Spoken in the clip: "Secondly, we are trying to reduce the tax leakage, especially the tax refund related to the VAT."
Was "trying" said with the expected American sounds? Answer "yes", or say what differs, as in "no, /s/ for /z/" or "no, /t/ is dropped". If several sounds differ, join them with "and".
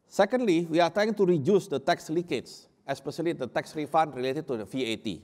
no, /ɹ/ is dropped